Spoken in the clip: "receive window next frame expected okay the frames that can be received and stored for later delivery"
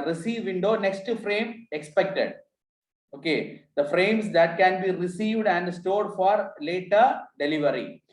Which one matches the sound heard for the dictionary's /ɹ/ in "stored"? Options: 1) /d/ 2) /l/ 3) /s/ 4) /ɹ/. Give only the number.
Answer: 4